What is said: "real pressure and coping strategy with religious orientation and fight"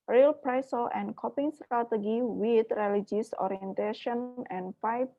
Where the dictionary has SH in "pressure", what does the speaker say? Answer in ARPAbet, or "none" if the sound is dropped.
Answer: S